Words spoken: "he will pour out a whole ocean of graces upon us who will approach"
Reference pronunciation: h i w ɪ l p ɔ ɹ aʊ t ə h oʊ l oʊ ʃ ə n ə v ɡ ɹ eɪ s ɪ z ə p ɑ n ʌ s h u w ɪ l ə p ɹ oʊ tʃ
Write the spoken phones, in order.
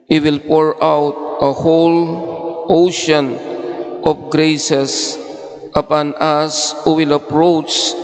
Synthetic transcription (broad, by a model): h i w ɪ l p ɔ ɹ aʊ t ə h oʊ l oʊ ʃ ə n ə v ɡ ɹ eɪ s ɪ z ə p ɑ n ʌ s h u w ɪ l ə p ɹ oʊ tʃ